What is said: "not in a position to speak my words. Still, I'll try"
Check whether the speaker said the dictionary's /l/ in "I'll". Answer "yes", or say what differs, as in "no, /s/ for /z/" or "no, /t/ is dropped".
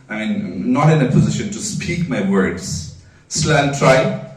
no, /n/ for /l/